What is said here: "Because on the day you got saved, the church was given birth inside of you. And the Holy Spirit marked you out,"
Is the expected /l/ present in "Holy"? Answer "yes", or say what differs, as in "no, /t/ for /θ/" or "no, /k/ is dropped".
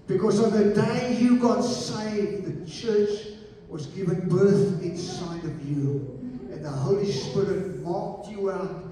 yes